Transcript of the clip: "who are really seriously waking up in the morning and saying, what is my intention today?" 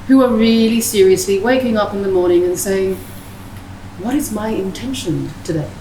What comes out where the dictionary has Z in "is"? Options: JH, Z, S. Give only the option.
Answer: Z